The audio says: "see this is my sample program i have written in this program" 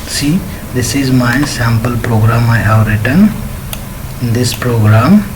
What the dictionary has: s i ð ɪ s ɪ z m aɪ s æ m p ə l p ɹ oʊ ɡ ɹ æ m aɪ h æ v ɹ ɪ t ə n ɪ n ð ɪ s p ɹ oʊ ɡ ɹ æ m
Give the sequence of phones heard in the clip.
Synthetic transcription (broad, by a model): s i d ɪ s ɪ z m aɪ s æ m p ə l p ɹ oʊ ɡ ɹ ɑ m aɪ h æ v ɹ ɪ t ə n ɪ n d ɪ s p ɹ oʊ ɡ ɹ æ m